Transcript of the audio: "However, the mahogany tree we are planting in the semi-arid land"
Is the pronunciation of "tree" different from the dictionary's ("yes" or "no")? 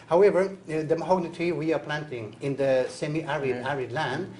yes